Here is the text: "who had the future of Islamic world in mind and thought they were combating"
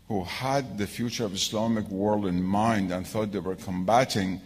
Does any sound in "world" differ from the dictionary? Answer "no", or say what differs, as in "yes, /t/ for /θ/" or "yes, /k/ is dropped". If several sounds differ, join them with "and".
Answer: no